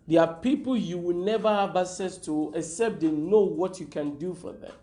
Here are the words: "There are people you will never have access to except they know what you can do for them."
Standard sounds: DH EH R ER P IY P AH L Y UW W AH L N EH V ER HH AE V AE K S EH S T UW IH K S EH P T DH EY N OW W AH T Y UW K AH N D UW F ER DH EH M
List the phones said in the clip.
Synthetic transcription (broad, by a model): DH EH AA P IY P AH L Y UW W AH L N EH V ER HH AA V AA S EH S T UW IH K S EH P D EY N OW W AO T Y UW K AH N D UW F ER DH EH M